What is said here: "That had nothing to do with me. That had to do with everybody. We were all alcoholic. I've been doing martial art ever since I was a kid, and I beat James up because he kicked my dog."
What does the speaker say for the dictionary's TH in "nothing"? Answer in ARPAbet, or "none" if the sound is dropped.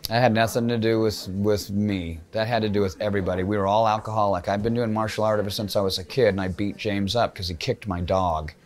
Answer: TH